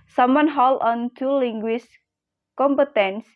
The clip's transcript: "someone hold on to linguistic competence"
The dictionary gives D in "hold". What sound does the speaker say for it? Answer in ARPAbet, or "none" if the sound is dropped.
none